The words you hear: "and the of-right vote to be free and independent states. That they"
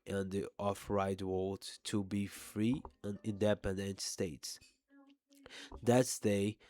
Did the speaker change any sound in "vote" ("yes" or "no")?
yes